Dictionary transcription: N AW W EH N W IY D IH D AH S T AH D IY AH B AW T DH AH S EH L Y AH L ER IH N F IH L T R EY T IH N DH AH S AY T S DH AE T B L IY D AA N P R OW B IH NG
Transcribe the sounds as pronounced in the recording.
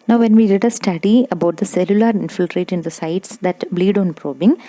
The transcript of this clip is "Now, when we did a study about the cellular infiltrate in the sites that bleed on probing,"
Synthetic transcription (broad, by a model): N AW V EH N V IY D IH D AH S T AH D IY AH B AW T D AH S EH L Y AH L ER IH N F IH L T R EY T IH N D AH S AY T S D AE T B L IY D AA N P R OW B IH NG